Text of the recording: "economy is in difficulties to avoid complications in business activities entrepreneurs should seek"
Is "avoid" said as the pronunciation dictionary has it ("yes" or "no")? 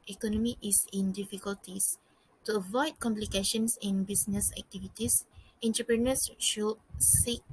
yes